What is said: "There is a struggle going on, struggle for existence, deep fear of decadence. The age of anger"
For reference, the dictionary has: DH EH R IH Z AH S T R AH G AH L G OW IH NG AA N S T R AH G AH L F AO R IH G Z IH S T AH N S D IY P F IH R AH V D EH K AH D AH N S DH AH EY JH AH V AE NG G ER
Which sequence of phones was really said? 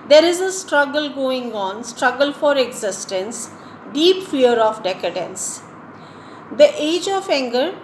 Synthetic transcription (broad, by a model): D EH R IH Z AH S T R AH G AH L G OW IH NG AA N S T R AH G AH L F AO R IH G Z IH S T AH N S D IY P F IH R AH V D EH K AH D AH N S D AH EY JH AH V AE NG G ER